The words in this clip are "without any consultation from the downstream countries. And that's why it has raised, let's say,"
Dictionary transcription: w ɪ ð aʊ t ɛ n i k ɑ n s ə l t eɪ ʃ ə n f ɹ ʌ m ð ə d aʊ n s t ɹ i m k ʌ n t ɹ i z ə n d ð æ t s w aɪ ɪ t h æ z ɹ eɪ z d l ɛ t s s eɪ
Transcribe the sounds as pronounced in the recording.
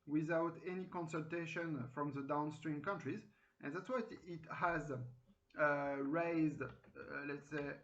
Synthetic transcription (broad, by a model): w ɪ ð aʊ t ɛ n i k ɑ n s ə l t eɪ ʃ ə n f ɹ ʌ m ð ə d aʊ n s t ɹ i m k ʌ n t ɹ i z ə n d ð æ t s w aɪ ɪ t h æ z ɹ eɪ z d l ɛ t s s eɪ